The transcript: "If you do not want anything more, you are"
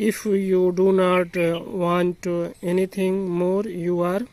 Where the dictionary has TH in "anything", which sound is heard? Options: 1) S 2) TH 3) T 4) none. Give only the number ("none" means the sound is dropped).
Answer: 3